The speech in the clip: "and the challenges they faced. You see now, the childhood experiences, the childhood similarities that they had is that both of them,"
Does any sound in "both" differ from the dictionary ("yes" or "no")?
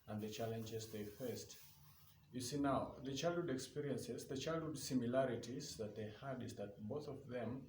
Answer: no